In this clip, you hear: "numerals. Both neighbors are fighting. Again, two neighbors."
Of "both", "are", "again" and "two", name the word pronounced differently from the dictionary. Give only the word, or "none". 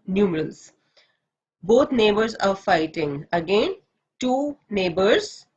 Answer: both